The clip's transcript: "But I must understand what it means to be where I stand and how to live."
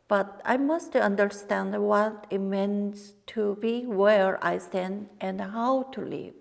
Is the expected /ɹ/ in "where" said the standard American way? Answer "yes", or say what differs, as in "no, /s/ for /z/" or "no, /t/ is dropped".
yes